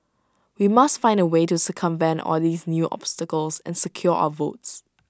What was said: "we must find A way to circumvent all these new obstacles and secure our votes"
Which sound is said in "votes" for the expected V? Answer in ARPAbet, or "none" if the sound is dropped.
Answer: V